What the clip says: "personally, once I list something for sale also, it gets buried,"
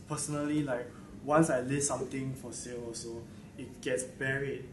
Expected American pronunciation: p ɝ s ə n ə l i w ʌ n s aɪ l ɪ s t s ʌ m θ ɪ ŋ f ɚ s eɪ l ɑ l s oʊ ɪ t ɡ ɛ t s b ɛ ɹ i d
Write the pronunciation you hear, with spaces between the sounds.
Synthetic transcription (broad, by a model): p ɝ s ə n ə l i w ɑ n s aɪ l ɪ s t s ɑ m t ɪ ŋ f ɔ s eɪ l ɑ s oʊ ɪ t ɡ ɛ t s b ɛ ɹ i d